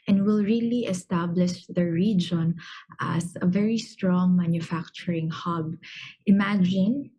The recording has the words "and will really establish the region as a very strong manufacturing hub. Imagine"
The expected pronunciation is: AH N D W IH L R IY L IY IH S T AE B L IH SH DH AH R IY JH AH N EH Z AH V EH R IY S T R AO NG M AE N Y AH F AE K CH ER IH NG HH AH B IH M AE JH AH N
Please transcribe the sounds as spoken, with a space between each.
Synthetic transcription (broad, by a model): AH N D W IH L R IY L IY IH S T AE B L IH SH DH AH R IY JH AH N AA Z AH V EH R IY S T R AO NG M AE N Y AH F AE K CH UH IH NG HH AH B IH M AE JH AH N